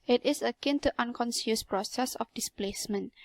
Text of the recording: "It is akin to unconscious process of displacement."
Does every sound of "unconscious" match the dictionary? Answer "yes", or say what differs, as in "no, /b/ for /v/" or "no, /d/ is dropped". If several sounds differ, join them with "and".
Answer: no, /s/ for /ʃ/